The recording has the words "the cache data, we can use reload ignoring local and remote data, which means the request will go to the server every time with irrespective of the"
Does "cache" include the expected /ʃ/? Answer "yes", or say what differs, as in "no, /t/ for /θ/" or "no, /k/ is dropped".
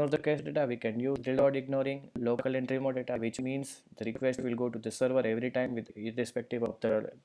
no, /s/ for /ʃ/